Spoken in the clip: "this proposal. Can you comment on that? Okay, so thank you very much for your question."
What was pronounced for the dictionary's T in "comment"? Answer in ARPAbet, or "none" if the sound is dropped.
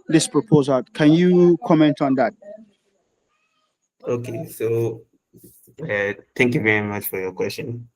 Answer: T